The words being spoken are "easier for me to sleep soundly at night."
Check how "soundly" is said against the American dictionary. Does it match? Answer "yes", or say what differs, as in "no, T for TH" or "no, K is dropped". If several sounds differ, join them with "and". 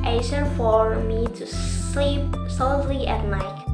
no, L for N